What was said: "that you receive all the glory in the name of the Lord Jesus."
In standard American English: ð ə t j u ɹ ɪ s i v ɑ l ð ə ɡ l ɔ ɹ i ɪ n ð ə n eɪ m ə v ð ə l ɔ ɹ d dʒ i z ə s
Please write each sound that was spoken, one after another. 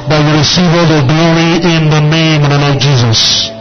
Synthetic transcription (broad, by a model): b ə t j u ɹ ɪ s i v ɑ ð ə ɡ l ɔ ɹ i ɪ n ð ə n eɪ ə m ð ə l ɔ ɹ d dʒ i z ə s